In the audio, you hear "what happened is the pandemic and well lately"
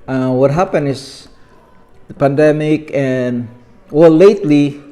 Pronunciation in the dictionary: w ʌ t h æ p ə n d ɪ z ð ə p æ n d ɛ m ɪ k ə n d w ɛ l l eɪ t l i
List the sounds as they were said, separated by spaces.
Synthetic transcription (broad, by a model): w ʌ t h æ p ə n ɪ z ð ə p æ n d ɛ m ɪ k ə n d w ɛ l l eɪ t l i